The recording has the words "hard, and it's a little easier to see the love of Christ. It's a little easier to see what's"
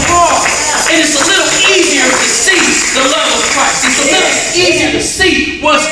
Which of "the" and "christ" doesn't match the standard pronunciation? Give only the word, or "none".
christ